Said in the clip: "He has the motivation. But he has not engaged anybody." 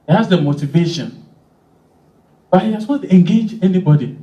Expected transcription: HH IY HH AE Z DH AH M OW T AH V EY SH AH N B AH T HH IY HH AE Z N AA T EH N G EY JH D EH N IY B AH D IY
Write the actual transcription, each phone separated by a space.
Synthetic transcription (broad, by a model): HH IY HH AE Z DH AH M OW T AH V EY SH AH N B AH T HH IY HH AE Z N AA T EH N G EY JH EH N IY B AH D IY